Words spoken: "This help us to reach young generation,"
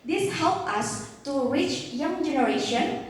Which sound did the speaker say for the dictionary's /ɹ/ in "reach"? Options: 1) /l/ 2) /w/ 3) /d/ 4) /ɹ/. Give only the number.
2